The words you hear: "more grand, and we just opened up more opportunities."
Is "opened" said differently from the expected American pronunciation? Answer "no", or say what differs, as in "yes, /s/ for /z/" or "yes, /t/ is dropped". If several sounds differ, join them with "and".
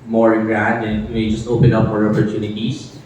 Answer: yes, /d/ is dropped